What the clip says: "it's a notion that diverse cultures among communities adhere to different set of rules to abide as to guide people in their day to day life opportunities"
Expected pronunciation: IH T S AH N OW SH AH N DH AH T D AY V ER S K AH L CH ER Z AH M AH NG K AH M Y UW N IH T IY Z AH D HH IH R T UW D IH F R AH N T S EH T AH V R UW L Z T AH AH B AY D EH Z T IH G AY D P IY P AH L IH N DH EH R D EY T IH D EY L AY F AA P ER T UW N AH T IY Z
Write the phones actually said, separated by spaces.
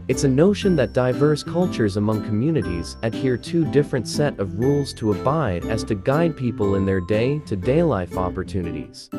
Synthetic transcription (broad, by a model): IH T S AH N OW SH AH N DH AH T D AY V ER S K AH L CH ER Z AH M AH NG K AH M Y UW N IH T IY Z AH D HH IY R T UW D IH F R AH N T S EH T AH V R UW L Z T AH AH B AY D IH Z T IH G AY D P IY P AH L IH N DH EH R D EY T IH D EY L AY F AA P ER T UW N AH T IY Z